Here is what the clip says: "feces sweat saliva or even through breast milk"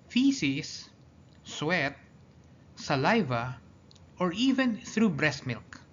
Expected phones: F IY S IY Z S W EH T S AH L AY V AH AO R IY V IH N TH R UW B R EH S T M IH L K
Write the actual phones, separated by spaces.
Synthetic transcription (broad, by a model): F IY S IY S S W EH T S AH L AY V AH AO R IY V IH N TH R UW B R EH S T M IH L K